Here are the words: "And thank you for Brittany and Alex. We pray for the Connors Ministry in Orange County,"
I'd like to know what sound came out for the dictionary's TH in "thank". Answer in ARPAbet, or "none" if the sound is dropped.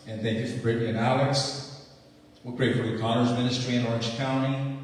TH